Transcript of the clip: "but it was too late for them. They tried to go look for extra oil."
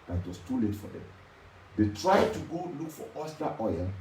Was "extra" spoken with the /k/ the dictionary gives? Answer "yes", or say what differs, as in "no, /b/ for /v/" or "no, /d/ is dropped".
no, /k/ is dropped